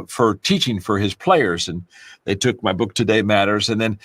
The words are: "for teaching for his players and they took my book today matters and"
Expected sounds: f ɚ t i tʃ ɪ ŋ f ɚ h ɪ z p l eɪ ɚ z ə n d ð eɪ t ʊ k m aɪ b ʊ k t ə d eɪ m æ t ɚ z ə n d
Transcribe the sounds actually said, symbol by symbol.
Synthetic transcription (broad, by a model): f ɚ t i tʃ ɪ ŋ f ɚ ɪ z p l eɪ ɚ z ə n ð eɪ t ʊ k m aɪ b ʊ k t ə d eɪ m æ t ɚ z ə n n